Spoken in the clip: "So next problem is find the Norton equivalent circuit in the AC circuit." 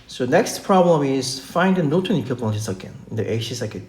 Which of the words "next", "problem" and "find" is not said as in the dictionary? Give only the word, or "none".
none